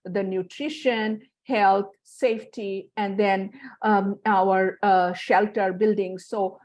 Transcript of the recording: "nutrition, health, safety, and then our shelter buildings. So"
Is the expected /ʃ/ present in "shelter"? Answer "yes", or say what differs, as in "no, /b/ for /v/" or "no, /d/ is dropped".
yes